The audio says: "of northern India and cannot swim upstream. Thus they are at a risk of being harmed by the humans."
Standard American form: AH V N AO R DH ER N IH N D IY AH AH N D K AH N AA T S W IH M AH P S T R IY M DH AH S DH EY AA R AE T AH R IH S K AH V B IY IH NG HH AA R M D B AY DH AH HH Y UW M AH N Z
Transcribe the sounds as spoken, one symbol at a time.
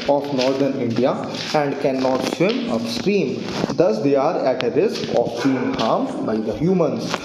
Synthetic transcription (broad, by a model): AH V N AO R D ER N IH N D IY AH AH N D K AH N AA T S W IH M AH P S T R IY M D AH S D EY AA R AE T AH R IH S K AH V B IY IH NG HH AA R M B AY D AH HH Y UW M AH N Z